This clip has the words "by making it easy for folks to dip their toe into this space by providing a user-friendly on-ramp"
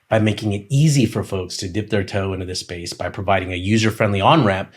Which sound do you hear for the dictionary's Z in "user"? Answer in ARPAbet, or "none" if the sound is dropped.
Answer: Z